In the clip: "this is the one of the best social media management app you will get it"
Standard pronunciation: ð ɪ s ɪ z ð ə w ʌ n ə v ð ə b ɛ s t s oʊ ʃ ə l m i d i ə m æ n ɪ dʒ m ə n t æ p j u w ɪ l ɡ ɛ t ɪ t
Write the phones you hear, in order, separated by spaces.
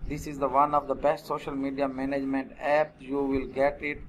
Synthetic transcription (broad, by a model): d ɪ s ɪ z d ə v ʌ n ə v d ə b ɛ s t s oʊ ʃ ə l m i d i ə m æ n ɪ dʒ m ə n t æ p j u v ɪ l ɡ ɛ t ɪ t